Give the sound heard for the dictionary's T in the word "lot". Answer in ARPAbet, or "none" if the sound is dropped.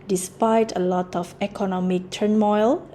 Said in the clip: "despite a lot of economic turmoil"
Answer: T